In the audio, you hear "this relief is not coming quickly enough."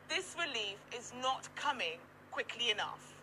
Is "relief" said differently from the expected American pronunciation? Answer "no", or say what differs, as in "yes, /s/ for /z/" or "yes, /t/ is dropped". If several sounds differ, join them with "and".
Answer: no